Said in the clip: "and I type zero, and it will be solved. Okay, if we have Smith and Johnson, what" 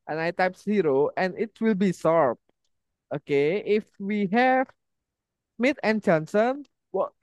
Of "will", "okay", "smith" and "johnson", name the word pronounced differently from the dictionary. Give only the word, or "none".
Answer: smith